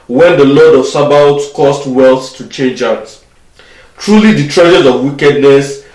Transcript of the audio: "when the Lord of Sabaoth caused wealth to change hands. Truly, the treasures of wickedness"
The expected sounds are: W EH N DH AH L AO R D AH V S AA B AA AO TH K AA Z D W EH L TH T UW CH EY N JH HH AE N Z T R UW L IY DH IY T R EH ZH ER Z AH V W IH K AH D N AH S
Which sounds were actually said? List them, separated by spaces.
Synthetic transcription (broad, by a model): W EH N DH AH L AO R D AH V S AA B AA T S K AA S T W EH L TH T UW CH EY N JH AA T T R UW L IY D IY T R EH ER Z AH V W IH K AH D N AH S